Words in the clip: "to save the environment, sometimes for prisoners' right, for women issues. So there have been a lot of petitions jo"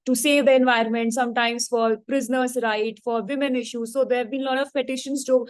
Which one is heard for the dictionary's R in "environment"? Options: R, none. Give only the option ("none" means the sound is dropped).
R